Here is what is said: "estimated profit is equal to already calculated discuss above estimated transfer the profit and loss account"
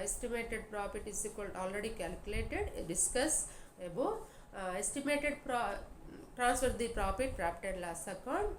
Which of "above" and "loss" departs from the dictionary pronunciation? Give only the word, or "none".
above